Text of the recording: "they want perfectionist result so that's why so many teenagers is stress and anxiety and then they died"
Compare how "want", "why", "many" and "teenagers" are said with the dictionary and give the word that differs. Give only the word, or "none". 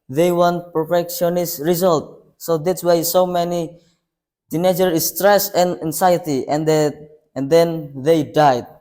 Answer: teenagers